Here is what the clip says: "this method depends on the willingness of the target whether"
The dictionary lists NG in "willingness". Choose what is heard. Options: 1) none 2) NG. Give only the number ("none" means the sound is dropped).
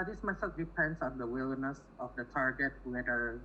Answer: 1